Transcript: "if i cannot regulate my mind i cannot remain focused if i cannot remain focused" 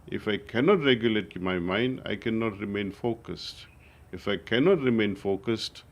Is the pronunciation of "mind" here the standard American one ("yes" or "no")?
yes